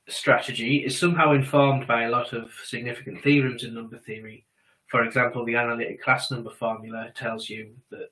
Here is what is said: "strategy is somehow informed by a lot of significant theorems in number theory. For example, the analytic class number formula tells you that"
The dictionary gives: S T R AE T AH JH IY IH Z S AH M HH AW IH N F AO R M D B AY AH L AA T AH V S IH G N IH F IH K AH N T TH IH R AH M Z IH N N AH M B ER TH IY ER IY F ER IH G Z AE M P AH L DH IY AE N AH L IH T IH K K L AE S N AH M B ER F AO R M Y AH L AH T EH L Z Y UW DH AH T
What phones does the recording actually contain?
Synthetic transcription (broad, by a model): S T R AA T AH JH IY IH Z S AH M HH AW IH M F AO M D B AY AH L AA T AH V S IH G N IH F IH K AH N TH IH R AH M Z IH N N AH M B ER TH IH ER IY F ER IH G Z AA M P AH L DH IY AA N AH L IH T IH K K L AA S N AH M B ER F AO M Y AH L AH T EH L Z Y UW DH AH T